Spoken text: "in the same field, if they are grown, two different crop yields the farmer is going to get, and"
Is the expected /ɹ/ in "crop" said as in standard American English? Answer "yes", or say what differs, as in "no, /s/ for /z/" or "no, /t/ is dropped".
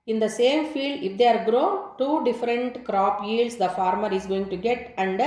yes